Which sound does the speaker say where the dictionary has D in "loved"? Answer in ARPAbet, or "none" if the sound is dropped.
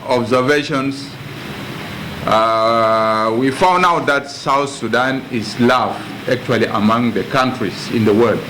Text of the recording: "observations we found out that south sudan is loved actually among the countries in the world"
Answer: none